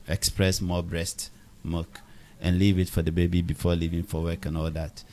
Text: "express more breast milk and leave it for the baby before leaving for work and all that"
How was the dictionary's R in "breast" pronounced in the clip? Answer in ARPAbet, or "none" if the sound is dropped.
R